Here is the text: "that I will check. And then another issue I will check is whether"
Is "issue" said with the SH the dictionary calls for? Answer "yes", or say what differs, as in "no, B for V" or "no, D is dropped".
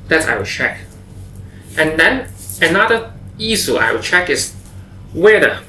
no, S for SH